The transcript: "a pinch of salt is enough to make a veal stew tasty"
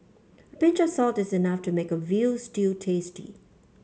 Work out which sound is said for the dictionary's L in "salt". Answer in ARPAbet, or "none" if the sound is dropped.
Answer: L